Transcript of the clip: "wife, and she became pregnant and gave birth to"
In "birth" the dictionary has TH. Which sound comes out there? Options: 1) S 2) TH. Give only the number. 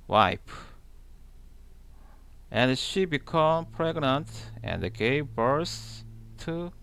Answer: 1